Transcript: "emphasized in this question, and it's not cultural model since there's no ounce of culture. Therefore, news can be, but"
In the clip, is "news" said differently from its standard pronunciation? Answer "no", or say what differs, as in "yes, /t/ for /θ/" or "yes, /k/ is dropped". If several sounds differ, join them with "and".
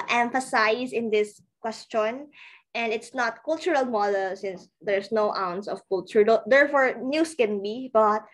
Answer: yes, /s/ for /z/